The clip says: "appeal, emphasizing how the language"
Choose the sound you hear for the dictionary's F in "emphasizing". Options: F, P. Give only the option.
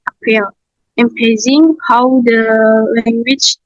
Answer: P